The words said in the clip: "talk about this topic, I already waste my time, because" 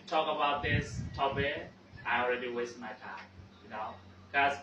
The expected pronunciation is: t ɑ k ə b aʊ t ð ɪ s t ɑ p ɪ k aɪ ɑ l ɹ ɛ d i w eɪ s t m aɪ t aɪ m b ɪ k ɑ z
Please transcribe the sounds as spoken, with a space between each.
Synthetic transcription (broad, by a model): t ɑ k ə b aʊ t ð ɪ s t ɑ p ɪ aɪ ɑ l ɹ ɛ d i w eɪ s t m aɪ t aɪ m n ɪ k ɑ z